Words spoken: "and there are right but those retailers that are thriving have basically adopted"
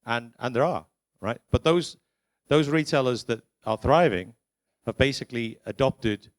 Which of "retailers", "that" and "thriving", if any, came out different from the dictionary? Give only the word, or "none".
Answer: none